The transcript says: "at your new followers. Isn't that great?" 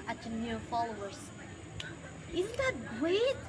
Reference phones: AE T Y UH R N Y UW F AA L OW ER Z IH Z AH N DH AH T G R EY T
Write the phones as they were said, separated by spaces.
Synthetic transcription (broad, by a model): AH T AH N Y UW F AA L OW ER Z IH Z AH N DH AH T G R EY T